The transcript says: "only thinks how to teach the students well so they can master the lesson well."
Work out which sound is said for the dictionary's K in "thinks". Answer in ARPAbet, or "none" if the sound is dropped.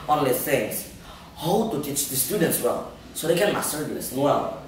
none